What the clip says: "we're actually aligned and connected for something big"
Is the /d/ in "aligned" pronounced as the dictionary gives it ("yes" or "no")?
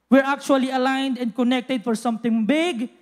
yes